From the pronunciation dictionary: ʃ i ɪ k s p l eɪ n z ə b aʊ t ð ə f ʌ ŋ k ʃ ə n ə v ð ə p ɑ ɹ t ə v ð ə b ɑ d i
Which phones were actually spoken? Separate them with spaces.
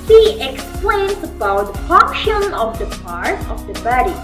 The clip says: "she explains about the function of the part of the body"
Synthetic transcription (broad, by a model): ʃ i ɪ k s p l eɪ n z ə b aʊ t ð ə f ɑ k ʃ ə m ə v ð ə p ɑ ɹ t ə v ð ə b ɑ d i